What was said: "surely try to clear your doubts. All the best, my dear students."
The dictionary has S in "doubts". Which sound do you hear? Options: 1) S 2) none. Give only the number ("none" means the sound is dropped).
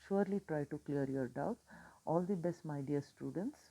2